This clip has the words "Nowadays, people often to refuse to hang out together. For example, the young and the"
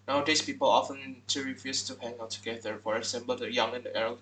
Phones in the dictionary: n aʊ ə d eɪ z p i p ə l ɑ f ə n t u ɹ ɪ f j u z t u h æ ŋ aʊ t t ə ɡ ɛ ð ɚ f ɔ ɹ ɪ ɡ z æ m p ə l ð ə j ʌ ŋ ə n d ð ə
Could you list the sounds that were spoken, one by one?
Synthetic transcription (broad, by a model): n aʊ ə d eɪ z p i p ə l ɑ f ə n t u ɹ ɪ f j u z t u h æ ŋ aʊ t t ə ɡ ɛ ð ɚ f ɔ ɹ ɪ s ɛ m b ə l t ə j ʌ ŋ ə n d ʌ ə